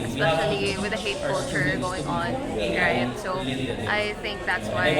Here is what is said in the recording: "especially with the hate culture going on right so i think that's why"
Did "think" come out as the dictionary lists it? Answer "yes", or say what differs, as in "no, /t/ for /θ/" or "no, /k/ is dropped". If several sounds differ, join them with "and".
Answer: yes